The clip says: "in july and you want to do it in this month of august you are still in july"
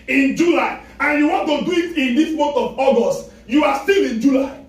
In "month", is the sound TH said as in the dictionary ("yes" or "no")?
no